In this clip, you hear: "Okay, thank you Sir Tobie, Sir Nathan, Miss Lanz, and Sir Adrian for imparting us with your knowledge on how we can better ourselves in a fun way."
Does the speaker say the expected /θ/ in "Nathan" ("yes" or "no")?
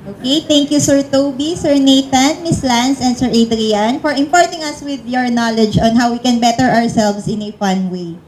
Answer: no